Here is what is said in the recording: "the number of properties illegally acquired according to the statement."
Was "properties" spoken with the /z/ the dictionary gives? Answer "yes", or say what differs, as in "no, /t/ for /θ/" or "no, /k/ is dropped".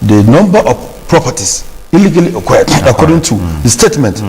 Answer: no, /s/ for /z/